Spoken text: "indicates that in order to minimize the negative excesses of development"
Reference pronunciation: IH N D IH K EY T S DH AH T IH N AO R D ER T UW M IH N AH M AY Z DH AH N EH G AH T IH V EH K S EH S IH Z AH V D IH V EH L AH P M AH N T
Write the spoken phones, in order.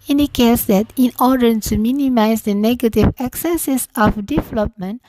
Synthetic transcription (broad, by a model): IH N D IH K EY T S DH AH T IH N AO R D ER T UW M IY N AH M AY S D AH N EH G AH T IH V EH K S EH S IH S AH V D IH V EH L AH P M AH N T